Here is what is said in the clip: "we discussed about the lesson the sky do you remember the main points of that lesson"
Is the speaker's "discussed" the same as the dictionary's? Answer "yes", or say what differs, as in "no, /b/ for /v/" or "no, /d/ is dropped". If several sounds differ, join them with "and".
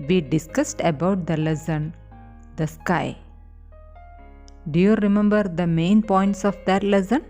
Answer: yes